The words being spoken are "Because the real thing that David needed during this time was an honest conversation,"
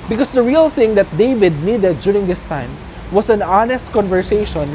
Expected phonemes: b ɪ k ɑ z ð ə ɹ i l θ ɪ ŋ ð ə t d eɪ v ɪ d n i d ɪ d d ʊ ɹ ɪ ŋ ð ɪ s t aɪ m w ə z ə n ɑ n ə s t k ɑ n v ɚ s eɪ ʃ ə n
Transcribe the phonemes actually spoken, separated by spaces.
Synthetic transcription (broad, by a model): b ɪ k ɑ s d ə ɹ i l θ ɪ ŋ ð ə t d eɪ v ɪ d n i d ɪ d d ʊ ɹ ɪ ŋ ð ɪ s t aɪ m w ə s ə n ɑ n ə s t k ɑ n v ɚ s eɪ ʃ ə n